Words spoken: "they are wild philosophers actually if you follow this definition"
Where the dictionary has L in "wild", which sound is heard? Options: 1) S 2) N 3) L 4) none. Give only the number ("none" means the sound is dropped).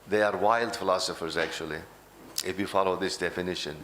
3